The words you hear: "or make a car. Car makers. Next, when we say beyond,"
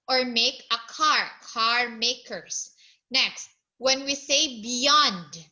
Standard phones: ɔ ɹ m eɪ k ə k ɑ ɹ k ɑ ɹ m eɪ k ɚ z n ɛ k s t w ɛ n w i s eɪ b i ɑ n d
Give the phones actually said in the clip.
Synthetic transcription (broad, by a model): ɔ ɹ m eɪ k ə k ɑ ɹ k ɑ ɹ m eɪ k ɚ s n ɛ k s t w ɛ n w i s eɪ b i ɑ n d